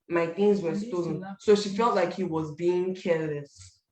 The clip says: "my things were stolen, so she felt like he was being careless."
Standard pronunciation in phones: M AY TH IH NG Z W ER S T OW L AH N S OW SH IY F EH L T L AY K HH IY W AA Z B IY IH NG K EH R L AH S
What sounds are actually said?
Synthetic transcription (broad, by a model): M AY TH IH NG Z W ER S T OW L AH N S OW SH IY F EH L T L AY K HH IY W AA Z B IY IH NG K EH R L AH S